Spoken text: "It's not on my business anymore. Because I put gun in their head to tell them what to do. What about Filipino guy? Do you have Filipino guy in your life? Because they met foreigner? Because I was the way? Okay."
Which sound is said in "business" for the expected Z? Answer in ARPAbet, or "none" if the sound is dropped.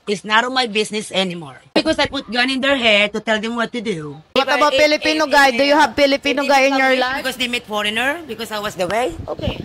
S